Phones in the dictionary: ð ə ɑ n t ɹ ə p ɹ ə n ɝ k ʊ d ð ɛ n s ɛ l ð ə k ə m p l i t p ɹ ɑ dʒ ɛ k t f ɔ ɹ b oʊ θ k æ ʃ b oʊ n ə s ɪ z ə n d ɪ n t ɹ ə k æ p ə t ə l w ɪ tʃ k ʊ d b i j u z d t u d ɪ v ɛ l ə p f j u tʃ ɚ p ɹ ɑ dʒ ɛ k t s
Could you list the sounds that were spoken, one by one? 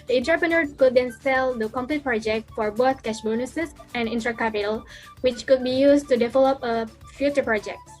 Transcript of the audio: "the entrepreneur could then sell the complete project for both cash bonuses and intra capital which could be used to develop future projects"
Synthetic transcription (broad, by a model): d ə n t ɹ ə p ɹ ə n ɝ k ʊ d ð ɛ n s ɛ l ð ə k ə m p l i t p ɹ ɑ dʒ ɛ k t f ɔ ɹ b oʊ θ k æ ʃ b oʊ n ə s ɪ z ə n d ɪ n t ɹ ə k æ p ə t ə l w ɪ tʃ k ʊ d b i j u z t u d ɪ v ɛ l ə p f j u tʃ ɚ p ɹ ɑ dʒ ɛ k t s